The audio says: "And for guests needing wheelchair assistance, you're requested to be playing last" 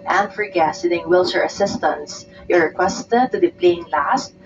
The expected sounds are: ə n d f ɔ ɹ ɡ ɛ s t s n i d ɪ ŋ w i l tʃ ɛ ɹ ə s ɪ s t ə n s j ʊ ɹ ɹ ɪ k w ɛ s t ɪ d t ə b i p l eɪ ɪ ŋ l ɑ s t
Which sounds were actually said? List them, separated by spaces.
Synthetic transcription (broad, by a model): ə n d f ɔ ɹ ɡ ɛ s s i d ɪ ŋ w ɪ l s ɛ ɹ ə s ɪ s t ə n s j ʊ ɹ ɹ ɪ k w ɛ s t ɪ d t ə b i p l eɪ ɪ ŋ l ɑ s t